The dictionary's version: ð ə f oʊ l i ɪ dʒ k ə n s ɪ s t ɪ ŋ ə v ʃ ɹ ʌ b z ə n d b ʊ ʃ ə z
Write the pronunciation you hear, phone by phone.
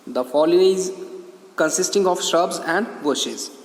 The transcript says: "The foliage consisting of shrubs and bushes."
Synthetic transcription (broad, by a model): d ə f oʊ l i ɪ z k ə n s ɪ s t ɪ ŋ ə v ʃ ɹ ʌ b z ə n d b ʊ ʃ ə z